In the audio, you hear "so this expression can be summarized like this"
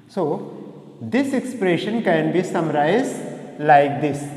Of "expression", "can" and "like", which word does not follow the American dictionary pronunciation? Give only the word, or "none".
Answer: none